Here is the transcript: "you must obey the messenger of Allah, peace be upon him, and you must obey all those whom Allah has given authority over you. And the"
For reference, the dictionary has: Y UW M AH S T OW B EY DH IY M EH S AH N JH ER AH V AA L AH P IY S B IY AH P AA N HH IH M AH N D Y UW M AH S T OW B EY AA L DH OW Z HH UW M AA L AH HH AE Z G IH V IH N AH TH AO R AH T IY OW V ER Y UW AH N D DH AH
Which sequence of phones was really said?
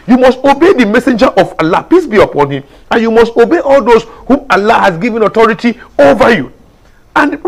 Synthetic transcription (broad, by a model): Y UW M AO S T OW B EY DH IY M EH S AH N JH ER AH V AA L AH P IY S B IY AH P AA N HH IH M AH N Y UW M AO S T OW B EY AA L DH OW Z HH UW M AA L AH HH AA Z G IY V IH N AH T AO R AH T IY OW V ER Y UW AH N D